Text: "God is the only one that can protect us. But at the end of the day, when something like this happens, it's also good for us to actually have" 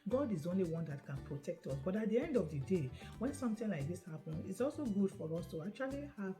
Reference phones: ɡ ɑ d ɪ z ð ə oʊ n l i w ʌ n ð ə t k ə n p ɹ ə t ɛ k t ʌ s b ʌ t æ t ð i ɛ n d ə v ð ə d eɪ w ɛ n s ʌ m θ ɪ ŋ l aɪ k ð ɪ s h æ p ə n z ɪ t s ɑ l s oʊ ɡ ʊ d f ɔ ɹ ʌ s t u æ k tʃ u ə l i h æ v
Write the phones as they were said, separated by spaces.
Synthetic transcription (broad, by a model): ɡ ɑ d ɪ z oʊ n l i w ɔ n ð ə t k ə n p ɹ ə t ɛ k t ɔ s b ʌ t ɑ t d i ɛ n d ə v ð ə d eɪ w ɛ n s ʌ m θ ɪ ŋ l aɪ k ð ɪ s h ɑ p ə n ɪ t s ɑ l s oʊ ɡ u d f ɔ ɹ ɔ s t u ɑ k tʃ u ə l i h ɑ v